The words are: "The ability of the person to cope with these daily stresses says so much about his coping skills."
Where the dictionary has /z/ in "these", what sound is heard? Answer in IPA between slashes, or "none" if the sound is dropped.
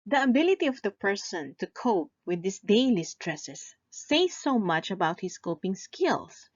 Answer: /s/